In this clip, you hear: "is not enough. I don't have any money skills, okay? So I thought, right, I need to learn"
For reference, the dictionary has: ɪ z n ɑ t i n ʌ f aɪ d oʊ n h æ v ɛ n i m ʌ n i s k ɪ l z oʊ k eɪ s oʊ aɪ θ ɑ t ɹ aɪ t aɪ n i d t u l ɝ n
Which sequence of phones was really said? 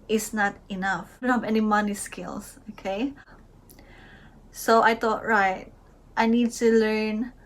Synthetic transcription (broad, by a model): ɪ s n ɑ t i n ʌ f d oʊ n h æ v ɛ n i m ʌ n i s k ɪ l s oʊ k eɪ s oʊ aɪ t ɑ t ɹ aɪ t aɪ n i d t u l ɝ n